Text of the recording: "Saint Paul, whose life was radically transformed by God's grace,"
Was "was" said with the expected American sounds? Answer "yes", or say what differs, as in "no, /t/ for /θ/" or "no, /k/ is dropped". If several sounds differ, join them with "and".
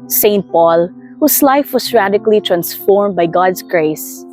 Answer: no, /s/ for /z/